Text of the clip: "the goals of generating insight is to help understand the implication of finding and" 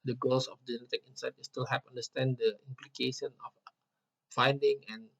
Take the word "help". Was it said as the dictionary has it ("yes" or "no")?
no